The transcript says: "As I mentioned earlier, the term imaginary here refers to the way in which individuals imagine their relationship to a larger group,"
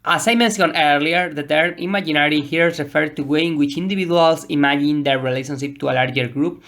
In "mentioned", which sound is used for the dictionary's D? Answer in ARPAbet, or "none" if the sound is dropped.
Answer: none